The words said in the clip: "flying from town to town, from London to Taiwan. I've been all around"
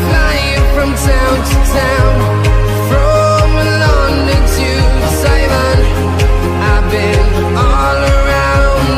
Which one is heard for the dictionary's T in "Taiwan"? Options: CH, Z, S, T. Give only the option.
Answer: S